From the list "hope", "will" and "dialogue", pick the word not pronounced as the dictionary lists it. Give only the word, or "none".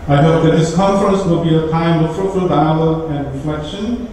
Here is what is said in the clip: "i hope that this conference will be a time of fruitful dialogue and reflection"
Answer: dialogue